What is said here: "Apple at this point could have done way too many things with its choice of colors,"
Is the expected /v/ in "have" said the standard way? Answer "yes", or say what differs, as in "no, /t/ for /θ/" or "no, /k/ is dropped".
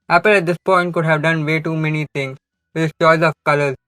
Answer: yes